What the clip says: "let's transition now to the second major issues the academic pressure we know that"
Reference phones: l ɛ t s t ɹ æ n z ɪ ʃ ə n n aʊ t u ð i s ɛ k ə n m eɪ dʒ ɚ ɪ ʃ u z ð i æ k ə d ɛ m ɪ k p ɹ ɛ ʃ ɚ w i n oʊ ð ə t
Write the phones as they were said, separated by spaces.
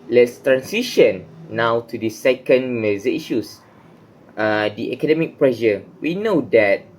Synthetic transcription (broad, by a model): l ɛ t s t ɹ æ n s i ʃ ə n n aʊ t u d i s ɛ k ə n m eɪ z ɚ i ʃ u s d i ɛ k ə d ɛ m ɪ k p ɹ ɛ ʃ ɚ w i n oʊ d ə t